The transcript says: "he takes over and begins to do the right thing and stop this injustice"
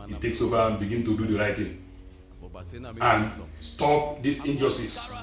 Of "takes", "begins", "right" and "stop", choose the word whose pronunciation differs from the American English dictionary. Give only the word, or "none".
begins